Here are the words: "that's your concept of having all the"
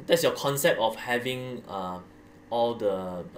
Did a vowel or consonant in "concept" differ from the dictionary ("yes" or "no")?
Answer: no